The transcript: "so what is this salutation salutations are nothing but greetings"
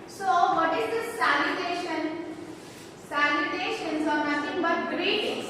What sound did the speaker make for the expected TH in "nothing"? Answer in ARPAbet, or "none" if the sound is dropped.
T